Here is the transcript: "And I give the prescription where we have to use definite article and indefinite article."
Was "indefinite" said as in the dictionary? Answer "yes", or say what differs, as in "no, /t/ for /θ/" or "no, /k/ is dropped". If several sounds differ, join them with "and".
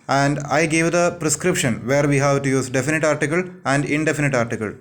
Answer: yes